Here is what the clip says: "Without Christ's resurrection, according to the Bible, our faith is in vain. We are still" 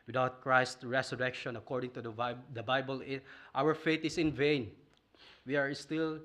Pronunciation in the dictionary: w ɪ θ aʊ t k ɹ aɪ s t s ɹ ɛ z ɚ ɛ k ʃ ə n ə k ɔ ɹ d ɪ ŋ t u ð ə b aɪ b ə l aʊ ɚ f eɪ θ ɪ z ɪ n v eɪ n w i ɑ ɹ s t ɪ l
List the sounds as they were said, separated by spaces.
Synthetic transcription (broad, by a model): w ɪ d aʊ t k ɹ aɪ s t ɹ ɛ s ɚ ɛ k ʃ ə n ə k ɔ ɹ d ɪ ŋ t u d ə b aɪ b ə l aʊ ɚ f eɪ t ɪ s ɪ n v eɪ n w i ɑ ɹ s t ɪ l